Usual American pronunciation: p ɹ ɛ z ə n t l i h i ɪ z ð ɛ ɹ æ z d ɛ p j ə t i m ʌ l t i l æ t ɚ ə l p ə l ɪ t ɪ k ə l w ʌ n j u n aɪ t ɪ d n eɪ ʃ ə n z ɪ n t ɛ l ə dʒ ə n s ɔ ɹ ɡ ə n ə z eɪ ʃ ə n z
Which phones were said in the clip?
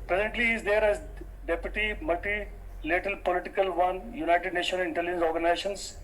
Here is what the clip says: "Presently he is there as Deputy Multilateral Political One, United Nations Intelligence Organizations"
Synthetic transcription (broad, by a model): p ɹ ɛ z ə n t l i i ɪ z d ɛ ɹ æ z d ɛ p j ə t i m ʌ l t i l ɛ t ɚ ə l p ə l ɪ t ɪ k ə l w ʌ n j u n aɪ t ɪ d n eɪ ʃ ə n ɪ n t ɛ l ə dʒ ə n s ɔ ɹ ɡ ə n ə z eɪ ʃ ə n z